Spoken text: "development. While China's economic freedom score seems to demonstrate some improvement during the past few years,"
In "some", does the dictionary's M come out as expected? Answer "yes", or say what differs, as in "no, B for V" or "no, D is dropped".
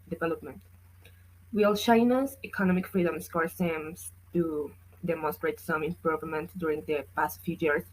yes